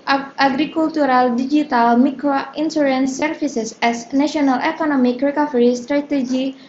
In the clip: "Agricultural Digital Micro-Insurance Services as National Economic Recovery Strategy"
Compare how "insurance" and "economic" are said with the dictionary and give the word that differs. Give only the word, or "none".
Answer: insurance